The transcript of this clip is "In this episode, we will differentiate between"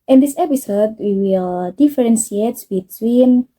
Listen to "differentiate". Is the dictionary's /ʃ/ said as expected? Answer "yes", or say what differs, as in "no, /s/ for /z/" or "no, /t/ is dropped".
no, /s/ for /ʃ/